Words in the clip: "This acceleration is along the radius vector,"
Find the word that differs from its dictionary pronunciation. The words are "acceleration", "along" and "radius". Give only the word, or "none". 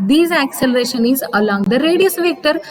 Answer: none